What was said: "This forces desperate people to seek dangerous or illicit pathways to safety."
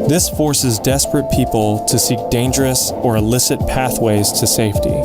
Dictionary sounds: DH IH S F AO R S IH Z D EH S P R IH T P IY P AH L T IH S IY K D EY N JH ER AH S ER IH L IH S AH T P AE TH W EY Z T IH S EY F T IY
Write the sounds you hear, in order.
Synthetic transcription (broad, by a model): DH IH S F AO R S IH Z D EH S P R IH T P IY P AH L T IH S IY K D EY N JH ER AH S ER IH L IH S AH T P AE TH W EY Z T IH S EY F T IY